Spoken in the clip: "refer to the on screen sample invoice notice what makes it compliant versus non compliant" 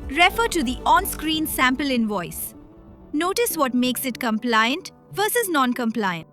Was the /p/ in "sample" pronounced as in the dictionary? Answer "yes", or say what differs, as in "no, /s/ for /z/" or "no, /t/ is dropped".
yes